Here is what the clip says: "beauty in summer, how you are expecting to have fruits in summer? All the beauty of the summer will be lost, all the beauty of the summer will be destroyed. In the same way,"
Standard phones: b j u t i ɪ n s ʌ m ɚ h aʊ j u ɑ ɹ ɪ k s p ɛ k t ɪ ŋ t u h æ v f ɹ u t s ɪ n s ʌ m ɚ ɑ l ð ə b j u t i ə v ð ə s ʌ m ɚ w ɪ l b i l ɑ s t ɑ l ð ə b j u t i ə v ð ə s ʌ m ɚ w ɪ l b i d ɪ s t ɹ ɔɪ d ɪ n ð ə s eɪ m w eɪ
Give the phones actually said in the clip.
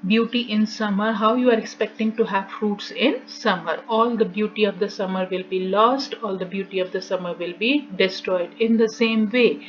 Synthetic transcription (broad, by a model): b j u t i ɪ n s ʌ m ɚ h aʊ j u ɑ ɹ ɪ k s p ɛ k t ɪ ŋ t u h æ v f ɹ u t s ɪ n s ʌ m ɚ ɑ l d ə b j u t i ə v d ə s ʌ m ɚ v ɪ l b i l ɑ s t ɑ l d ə b j u t i ə v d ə s ʌ m ɚ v ɪ l b i d ɪ s t ɹ ɔɪ d ɪ n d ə s eɪ m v eɪ